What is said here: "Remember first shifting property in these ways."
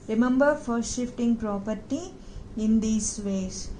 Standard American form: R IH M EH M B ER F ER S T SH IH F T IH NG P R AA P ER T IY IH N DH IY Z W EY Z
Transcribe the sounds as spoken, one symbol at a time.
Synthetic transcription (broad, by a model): R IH M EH M B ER F ER S T SH IH F T IH NG P R AA P ER T IY IH N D IY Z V EY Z